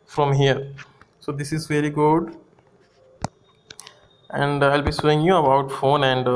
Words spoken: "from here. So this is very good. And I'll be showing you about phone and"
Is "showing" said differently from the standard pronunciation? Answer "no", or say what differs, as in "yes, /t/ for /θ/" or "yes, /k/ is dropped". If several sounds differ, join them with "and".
yes, /s/ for /ʃ/